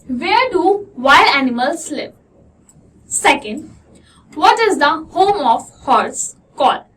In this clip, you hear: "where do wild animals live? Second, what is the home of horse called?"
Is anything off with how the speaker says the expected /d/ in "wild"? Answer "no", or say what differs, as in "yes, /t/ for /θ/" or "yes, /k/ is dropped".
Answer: yes, /d/ is dropped